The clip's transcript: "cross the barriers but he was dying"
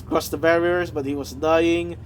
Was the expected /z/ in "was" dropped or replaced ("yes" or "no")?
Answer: no